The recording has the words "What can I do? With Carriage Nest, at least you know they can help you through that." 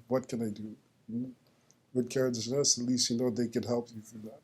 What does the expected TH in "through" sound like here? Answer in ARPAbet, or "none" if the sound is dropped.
F